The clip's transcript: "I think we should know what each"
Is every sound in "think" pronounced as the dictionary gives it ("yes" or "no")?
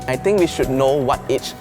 no